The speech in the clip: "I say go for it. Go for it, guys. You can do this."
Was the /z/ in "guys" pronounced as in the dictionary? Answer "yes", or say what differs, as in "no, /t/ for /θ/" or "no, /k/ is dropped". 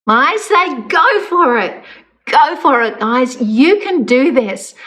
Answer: yes